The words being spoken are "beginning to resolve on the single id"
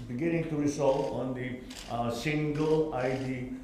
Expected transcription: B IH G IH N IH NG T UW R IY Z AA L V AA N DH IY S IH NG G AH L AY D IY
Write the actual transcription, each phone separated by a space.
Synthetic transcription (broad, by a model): B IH G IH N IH NG T UW R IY S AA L AA N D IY S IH NG G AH L AY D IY